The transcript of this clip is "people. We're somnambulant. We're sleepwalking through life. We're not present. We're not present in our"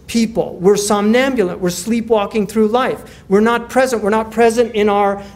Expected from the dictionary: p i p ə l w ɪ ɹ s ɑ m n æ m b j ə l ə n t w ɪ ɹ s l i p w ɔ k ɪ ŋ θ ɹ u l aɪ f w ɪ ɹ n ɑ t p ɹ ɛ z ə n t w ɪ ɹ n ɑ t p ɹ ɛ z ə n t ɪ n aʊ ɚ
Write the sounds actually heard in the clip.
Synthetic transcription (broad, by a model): p i p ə l w ɪ ɹ s ɑ m n æ m b j ə l ə n t w ɪ ɹ s l i p w ɔ k ɪ ŋ θ ɹ u l aɪ f w ɪ ɹ n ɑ t p ɹ ɛ z ə n t w ɪ ɹ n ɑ t p ɹ ɛ z ə n t ɪ n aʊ ɚ